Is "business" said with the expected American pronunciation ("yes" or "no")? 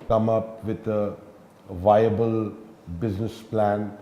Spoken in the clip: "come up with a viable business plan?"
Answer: yes